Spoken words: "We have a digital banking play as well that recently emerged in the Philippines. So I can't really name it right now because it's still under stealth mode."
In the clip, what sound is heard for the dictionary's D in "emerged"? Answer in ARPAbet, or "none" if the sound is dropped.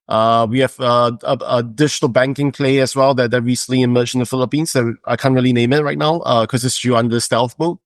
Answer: none